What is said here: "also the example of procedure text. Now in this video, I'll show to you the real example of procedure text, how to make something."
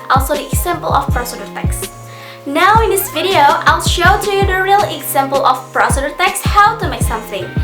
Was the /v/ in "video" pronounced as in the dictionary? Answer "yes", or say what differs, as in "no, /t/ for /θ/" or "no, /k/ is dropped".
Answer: yes